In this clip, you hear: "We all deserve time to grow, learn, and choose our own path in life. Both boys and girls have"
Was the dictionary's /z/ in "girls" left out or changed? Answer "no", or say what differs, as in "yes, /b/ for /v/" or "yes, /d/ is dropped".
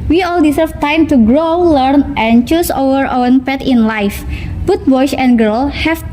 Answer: yes, /z/ is dropped